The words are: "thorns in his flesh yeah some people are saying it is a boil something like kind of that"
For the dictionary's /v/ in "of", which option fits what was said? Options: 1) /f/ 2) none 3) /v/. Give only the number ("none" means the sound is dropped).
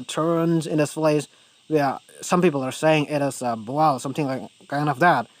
1